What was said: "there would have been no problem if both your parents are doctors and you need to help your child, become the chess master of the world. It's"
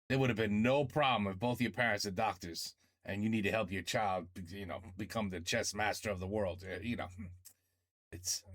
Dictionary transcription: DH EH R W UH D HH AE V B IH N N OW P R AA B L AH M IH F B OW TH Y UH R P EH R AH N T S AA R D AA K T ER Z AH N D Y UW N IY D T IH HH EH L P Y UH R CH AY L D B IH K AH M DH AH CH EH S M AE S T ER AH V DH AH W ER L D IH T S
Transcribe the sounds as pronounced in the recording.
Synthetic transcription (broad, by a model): DH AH R W UH D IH V B IH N N OW P R AA B L AH M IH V B OW TH Y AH R P EH R AH N T S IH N D AA K T ER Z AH N Y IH N IY D T IH HH EH L P Y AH R CH AY L D B IH K AH M DH AH CH EH S M AE S T ER AH V DH AH W ER L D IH T S